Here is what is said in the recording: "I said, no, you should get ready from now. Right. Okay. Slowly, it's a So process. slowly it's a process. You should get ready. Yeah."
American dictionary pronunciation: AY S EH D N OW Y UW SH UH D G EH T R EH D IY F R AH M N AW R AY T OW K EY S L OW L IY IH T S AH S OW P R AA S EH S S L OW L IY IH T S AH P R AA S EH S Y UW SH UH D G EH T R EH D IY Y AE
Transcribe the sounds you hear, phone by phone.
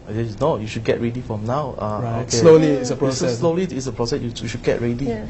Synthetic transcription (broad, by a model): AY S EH N OW Y UW SH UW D G EH T R EH D IY F R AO M N AW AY OW K EY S L OW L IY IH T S AH S OW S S S L OW L IY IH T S AH P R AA S EH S Y UW SH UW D G EH T R EH D IY